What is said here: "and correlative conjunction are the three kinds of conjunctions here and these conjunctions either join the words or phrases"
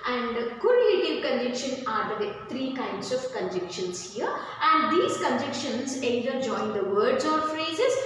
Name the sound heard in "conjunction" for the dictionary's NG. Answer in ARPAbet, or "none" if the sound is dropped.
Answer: none